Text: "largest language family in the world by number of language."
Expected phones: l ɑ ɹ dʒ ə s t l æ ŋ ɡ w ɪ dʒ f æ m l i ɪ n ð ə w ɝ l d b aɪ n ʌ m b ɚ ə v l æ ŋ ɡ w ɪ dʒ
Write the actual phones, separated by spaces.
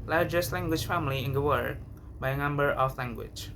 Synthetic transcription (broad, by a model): l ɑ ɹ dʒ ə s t l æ ŋ ɡ w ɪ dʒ f æ m l i ɪ n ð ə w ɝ d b aɪ n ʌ m b ɚ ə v l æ ŋ ɡ w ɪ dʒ